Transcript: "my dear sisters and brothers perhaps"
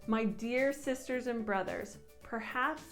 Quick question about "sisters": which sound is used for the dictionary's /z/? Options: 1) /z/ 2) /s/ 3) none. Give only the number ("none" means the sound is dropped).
1